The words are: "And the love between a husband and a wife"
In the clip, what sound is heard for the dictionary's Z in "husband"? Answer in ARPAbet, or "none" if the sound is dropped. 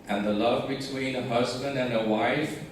Z